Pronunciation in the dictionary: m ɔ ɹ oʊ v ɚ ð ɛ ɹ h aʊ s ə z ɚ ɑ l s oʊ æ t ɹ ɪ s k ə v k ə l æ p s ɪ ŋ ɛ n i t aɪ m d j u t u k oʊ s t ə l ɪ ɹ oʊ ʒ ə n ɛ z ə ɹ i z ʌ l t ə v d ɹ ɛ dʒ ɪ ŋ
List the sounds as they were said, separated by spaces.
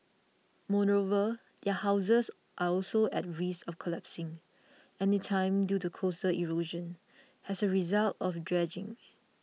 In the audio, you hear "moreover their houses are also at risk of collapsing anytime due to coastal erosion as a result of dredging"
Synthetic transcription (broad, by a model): m ɔ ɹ oʊ v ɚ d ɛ h aʊ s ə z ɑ ɑ l s oʊ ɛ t ɹ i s ə f k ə l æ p s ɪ ŋ ɛ n i t aɪ m d j u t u k oʊ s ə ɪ ɹ oʊ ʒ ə n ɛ s ə ɹ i z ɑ l t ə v d ɹ ɛ dʒ ɪ ŋ